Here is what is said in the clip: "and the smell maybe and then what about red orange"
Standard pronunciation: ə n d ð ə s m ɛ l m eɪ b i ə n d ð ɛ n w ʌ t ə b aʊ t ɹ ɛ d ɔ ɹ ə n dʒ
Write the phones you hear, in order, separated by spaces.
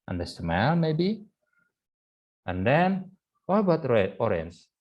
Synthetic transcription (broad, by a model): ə n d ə s m ɛ l m eɪ b i ə n d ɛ n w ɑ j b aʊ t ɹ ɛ ɔ ɹ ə n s